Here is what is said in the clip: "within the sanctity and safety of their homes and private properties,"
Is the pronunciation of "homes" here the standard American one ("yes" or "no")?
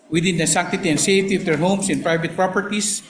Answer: no